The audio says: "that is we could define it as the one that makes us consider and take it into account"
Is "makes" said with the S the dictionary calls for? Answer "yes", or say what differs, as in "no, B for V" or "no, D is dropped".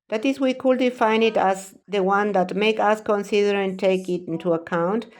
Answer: no, S is dropped